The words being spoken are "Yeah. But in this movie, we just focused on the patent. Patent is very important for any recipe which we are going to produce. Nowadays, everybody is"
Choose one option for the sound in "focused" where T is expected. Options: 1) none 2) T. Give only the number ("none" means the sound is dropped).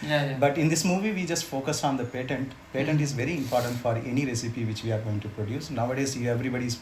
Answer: 1